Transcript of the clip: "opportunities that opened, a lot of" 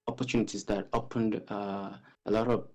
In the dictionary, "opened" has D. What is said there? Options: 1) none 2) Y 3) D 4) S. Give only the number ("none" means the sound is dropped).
3